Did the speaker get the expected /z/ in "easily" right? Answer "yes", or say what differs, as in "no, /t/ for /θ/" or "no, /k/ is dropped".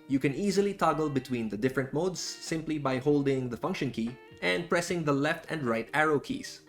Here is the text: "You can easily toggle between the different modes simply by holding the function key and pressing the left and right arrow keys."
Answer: yes